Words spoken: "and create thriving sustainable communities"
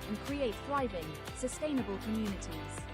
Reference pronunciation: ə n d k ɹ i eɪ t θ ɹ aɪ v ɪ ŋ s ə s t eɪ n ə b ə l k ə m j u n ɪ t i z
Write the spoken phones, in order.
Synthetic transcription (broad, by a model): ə n k ɹ i eɪ t θ ɹ aɪ v ɪ ŋ s ə s t eɪ n ə b ə l k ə m j u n ɪ t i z